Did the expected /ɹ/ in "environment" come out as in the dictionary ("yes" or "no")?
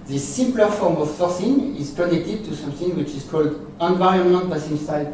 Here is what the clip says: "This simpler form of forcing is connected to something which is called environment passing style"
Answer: no